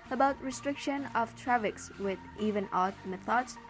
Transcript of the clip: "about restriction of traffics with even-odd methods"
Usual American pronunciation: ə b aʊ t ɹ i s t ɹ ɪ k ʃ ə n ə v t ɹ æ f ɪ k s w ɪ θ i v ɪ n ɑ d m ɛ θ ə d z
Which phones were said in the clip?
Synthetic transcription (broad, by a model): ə b aʊ t ɹ i s t ɹ ɪ k ʃ ə n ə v t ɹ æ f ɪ k s w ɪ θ i v ɪ n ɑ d m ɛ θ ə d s